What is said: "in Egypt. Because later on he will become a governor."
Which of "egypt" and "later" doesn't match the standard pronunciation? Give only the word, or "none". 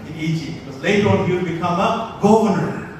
egypt